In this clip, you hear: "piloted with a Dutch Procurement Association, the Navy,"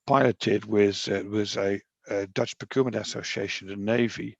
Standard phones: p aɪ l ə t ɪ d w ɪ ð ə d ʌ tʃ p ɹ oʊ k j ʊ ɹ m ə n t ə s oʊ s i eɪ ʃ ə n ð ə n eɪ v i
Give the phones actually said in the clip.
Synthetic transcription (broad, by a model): p aɪ l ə t ɪ d w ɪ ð ə d ʌ tʃ p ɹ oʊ k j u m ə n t ə s oʊ s i eɪ ʃ ə n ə n eɪ v i